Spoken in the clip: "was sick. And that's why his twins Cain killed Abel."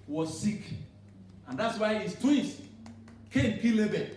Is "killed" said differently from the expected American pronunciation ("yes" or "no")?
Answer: yes